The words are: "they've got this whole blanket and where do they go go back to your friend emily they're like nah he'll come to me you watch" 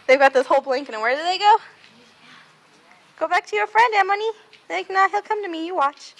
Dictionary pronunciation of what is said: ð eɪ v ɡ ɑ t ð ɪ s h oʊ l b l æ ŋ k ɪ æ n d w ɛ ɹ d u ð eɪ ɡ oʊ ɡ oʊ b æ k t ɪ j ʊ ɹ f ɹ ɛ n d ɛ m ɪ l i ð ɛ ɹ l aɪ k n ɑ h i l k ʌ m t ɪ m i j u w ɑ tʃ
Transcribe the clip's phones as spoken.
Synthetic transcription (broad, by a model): ð eɪ v ɡ ɑ t ð ɪ s h oʊ l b l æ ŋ k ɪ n w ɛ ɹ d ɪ ð eɪ ɡ oʊ ɡ oʊ b æ k t ɪ j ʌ ɹ f ɹ ɛ n d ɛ m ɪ n i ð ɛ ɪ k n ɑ h i l k ʌ m t ɪ m i j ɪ w ɑ tʃ